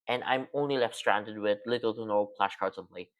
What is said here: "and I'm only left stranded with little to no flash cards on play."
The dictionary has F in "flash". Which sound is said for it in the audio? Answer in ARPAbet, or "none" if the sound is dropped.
P